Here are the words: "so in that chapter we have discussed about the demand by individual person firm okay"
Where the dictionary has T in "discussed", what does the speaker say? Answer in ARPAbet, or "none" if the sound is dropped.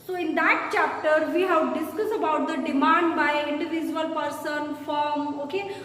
none